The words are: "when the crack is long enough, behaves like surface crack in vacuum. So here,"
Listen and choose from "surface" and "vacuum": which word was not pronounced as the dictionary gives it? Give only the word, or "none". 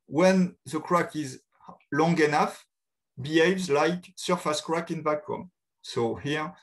vacuum